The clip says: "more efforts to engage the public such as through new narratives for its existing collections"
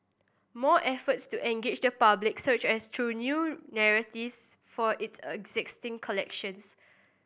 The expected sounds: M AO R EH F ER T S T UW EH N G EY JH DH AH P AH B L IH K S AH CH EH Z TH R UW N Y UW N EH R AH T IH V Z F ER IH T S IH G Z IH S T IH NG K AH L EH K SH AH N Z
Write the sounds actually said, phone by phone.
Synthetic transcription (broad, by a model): M AO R EH F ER T S T UW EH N G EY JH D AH P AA B L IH K S AH CH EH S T R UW N Y UW N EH R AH T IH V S F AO IH T S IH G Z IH S T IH NG K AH L EH K SH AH N S